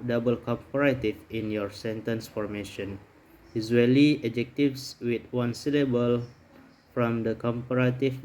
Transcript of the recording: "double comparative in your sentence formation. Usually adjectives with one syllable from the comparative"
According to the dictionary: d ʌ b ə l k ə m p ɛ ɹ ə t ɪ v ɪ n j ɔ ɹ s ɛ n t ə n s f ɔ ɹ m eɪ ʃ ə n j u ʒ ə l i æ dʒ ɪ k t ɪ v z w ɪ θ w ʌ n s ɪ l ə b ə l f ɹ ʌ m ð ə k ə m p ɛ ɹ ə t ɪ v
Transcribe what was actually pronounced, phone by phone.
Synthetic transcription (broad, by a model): d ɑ b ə l k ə m p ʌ ɹ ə t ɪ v ɪ n j ɔ ɹ s ɛ n t ə n s f ɔ ɹ m eɪ ʃ ə n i z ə l i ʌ dʒ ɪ k t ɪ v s w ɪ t w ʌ n s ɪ l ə b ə l f ɹ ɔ m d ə k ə m p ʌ ɹ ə t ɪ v